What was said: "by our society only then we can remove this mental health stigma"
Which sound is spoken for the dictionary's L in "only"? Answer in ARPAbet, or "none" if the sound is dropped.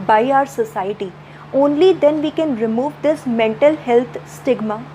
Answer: L